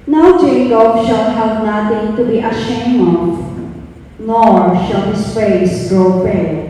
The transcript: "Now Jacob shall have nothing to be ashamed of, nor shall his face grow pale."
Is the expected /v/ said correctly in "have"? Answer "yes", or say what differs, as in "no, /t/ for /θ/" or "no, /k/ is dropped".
no, /p/ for /v/